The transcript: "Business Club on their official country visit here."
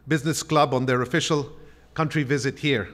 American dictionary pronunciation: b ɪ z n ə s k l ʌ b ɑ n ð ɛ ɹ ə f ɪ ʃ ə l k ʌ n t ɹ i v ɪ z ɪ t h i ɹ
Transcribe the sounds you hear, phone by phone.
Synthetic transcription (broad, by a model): b ɪ z n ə s k l ʌ b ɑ n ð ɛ ɹ ə f ɪ ʃ ə l k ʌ n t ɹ i v ɪ z ɪ t h i ɹ